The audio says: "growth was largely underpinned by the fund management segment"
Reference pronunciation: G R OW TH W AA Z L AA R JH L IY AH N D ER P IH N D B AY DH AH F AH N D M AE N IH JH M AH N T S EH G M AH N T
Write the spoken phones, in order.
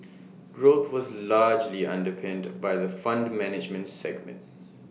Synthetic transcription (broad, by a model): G R OW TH W AA Z L AA JH L IY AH N D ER P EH N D B AY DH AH F AH N D M AE N IH JH M AH N T S EH G M AH N T